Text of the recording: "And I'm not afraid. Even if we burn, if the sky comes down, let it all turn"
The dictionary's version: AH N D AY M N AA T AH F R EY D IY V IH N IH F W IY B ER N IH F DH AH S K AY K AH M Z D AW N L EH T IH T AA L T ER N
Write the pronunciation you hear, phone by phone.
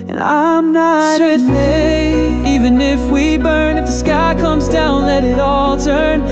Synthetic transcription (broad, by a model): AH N AY M N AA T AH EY IY V IH N IH F W IY B ER N IH F DH AH S K AY K AH M Z D AW N L EH T IH T AA L T ER N